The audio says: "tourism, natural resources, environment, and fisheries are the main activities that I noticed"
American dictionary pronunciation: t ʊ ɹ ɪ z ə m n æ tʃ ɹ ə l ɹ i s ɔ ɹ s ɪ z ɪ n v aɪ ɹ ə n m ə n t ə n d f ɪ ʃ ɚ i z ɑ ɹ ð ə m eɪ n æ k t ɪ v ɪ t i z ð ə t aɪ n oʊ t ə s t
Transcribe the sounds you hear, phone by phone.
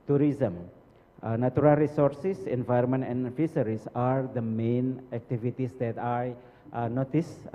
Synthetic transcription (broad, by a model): t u ɹ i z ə m n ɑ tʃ ɹ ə l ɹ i s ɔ ɹ s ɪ s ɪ n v aɪ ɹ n m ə n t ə n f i s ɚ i s ɑ ɹ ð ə m eɪ n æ k t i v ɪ t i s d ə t aɪ n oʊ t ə s